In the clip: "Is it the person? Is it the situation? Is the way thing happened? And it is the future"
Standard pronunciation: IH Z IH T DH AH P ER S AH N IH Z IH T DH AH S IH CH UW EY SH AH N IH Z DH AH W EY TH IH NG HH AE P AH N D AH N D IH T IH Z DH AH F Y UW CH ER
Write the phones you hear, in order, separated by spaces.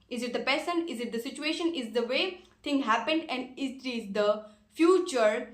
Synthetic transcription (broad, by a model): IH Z IH T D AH P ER S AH N IH Z IH T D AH S IH CH UW EY SH AH N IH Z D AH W EY T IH NG HH AE P AH N D AH N D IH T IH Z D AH F Y UW CH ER